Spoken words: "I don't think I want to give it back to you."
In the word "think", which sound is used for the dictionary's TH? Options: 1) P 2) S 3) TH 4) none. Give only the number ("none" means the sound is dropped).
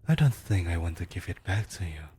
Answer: 3